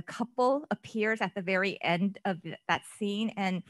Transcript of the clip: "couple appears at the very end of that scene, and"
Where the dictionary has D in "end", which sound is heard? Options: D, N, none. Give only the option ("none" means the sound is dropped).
D